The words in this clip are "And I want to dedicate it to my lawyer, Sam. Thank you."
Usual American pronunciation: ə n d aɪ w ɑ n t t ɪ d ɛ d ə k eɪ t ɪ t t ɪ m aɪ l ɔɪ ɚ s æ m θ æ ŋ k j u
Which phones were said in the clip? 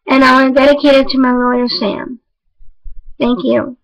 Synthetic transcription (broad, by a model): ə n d aɪ w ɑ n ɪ d ɛ d ə k eɪ t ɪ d t ɪ m aɪ l ɔɪ ɚ s æ m θ æ ŋ k j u